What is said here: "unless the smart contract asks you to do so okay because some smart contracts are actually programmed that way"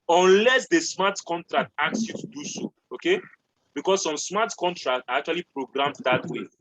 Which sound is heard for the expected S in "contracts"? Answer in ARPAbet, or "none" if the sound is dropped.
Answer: none